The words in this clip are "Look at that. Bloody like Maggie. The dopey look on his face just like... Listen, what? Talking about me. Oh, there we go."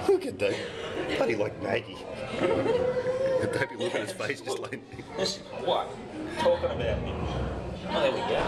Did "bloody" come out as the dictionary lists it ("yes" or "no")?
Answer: no